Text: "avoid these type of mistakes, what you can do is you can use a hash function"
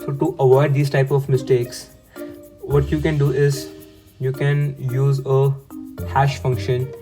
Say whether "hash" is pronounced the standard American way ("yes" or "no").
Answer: yes